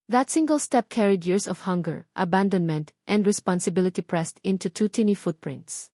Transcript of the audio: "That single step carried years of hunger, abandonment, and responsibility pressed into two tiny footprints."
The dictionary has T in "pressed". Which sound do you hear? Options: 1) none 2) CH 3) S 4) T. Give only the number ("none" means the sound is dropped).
4